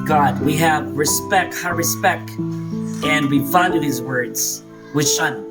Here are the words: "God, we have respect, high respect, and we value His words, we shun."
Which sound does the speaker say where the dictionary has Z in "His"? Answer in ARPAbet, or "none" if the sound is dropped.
Z